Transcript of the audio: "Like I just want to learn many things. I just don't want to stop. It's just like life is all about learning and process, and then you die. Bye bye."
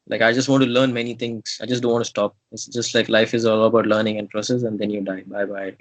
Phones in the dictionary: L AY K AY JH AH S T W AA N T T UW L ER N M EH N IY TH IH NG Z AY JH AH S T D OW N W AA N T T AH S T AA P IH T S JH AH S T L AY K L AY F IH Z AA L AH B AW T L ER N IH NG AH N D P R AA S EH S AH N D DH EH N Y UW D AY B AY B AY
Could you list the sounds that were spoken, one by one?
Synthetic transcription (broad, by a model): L AY K AY JH AH S T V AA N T T UW L ER N M EH N IY T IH NG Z AY JH AH S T D OW N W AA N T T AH S T AA P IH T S JH AH S T L AY K L AY F IH Z AA L AH B AW T L ER N IH NG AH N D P R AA S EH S AH N D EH N Y UW D AY B AY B AY